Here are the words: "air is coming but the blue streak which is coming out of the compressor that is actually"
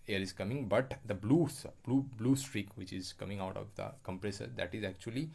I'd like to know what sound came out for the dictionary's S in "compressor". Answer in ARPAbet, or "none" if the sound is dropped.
S